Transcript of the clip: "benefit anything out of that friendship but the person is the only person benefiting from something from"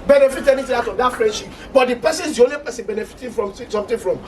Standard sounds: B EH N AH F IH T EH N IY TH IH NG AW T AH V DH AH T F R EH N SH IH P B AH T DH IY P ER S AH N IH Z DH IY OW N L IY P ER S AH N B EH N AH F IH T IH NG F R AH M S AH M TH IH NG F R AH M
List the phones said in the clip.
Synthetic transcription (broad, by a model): B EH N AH F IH T EH N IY T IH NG AW T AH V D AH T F R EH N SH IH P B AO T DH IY P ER S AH N IH Z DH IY OW N L IY P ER S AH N B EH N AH F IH T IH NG F R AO M S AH M T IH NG F R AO M